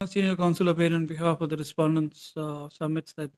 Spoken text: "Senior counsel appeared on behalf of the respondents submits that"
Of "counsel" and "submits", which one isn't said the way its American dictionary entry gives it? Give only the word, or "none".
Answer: submits